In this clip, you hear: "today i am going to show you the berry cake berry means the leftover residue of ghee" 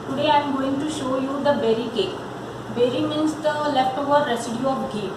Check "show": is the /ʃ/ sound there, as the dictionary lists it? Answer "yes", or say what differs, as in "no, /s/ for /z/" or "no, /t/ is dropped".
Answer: yes